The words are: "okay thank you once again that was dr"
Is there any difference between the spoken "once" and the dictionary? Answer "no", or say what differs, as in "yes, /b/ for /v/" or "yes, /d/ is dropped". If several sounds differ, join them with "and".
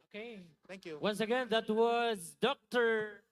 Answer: no